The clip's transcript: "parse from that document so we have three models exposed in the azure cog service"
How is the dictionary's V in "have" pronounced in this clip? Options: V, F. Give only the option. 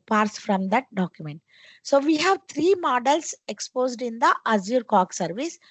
V